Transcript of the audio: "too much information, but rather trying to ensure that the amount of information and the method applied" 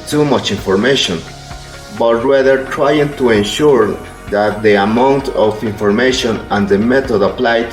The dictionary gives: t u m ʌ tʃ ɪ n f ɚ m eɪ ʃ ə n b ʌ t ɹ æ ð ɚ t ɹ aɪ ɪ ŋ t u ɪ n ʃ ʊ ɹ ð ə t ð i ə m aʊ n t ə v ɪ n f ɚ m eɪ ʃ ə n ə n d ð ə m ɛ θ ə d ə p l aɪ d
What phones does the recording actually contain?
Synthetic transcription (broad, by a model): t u m ʌ tʃ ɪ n f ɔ m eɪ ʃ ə n b ʌ t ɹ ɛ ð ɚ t ɹ aɪ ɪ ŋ t u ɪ n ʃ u ɹ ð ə t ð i ə m aʊ n t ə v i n f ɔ m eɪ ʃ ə n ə n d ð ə m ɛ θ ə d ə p l aɪ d